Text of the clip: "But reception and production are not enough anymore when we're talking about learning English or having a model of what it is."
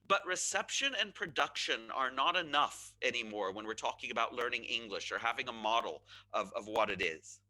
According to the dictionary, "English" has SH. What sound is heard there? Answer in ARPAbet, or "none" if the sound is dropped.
SH